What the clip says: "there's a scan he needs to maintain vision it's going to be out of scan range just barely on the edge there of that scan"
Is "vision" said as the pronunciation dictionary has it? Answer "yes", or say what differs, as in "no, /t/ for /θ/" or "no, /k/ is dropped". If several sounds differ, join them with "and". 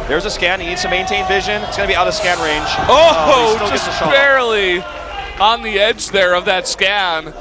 yes